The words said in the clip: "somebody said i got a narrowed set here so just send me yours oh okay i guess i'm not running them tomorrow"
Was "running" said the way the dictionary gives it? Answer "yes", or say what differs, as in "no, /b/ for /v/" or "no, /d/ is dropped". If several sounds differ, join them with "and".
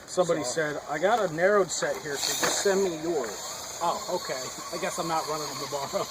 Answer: no, /l/ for /n/